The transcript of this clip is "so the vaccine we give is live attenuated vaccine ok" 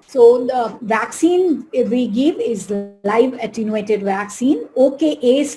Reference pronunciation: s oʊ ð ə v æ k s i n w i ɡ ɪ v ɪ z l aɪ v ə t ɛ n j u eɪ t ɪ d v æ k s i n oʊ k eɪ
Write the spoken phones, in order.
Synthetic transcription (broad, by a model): s oʊ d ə v æ k s i n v i ɡ ɪ v ɪ z l aɪ v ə t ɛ n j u eɪ t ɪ d v æ k s i n oʊ k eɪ